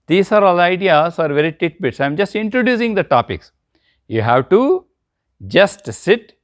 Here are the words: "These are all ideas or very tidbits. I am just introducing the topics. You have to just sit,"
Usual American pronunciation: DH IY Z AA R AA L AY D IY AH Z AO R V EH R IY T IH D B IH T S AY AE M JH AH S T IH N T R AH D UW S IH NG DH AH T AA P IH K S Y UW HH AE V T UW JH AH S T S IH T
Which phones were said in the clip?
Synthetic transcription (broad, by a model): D IY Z AA R AA L AY D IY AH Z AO R V EH R IY T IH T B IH T S AY M JH AH S T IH N T R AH D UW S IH NG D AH T AA P IH K S Y UW HH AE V T UW JH AH S T S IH T